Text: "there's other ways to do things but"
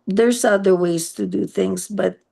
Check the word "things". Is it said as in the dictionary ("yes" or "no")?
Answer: yes